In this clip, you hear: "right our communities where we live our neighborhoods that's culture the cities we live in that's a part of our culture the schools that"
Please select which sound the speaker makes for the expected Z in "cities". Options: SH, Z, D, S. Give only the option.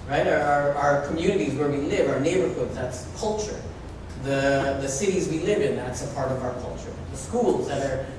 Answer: Z